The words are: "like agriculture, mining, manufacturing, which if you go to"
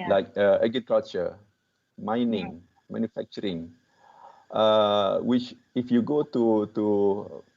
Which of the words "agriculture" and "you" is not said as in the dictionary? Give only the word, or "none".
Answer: agriculture